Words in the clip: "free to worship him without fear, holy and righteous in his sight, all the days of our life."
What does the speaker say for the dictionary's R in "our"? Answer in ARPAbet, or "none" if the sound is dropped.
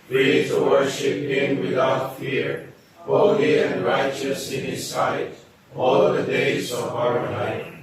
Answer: R